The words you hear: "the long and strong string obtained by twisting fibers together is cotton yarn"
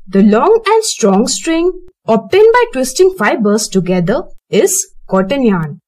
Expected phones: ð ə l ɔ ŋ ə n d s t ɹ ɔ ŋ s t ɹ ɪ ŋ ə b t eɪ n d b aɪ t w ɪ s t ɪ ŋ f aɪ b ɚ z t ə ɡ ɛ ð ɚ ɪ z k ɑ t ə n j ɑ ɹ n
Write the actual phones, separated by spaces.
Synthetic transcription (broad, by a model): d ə l ɔ ŋ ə n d s t ɹ ɔ ŋ s t ɹ ɪ ŋ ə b t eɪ n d b aɪ t w ɪ s t ɪ ŋ f aɪ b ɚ s t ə ɡ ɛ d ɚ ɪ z k ɑ t ə n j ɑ n